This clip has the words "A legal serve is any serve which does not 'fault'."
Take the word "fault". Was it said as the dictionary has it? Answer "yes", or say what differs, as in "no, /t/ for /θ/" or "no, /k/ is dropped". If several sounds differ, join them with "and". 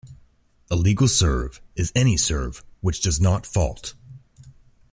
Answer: yes